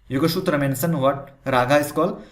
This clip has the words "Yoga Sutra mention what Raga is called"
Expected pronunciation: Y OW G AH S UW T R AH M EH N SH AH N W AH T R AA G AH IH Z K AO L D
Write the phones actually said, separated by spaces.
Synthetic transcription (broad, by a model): Y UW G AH SH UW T R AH M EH N S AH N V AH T R AA G AH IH S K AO L